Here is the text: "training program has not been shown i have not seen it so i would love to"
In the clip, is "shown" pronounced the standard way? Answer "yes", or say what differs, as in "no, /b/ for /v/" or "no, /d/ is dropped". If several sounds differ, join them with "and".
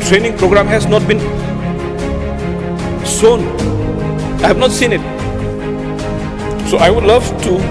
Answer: no, /s/ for /ʃ/